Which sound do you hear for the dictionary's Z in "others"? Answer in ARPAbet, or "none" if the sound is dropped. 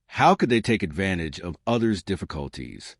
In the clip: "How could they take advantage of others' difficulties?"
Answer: Z